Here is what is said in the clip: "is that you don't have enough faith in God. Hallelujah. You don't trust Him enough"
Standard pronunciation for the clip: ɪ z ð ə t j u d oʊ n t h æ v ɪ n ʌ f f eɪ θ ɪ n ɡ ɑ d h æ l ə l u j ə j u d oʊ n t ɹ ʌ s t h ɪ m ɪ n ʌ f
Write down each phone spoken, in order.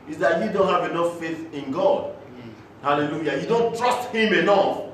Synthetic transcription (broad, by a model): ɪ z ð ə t j u d oʊ n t h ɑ v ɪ n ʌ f f eɪ θ ɪ n ɡ ɑ d h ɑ l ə l u j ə j u d oʊ n t ɹ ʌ s t h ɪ m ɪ n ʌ f